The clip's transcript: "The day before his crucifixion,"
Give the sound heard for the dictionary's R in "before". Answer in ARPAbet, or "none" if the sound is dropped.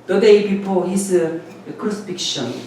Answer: L